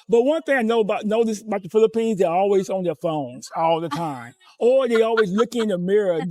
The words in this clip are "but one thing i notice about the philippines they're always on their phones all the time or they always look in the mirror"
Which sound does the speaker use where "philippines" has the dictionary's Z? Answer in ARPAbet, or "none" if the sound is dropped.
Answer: Z